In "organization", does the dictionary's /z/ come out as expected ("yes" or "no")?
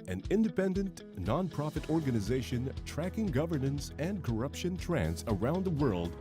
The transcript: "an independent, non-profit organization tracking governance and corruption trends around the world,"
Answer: yes